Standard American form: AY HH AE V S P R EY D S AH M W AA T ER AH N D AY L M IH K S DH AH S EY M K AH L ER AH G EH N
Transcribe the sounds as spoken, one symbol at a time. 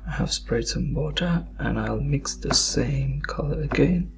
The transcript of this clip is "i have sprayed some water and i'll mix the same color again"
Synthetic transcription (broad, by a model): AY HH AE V S P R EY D S AH M W AA T ER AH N AY L M IH K S DH AH S EY M K AH L ER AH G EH N